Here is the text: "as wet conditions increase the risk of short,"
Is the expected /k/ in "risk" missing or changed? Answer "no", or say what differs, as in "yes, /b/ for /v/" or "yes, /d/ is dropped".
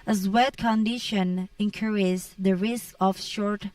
no